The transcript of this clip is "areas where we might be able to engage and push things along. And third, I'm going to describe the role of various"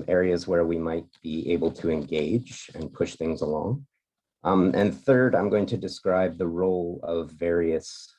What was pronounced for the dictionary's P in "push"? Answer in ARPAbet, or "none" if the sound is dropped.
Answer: P